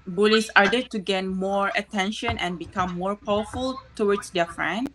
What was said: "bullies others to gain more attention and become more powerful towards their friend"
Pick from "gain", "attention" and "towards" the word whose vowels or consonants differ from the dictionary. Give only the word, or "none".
towards